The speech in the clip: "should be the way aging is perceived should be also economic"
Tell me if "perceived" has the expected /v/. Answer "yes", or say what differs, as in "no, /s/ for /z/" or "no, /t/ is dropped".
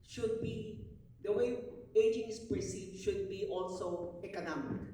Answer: no, /v/ is dropped